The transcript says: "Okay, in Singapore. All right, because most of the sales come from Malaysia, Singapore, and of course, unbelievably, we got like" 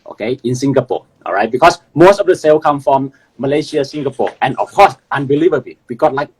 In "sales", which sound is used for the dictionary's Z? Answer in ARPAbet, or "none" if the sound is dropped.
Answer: none